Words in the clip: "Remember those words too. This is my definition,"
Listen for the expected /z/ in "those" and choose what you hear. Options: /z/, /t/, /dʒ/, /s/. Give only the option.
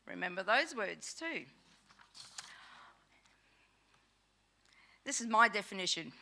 /z/